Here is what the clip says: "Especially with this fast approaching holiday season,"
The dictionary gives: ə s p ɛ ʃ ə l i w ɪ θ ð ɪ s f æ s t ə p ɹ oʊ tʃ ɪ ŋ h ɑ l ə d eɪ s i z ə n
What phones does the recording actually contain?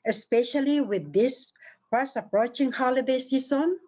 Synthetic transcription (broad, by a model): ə s p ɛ ʃ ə l i w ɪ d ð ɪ s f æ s ə p ɹ oʊ tʃ ɪ ŋ h ɑ l ə d eɪ s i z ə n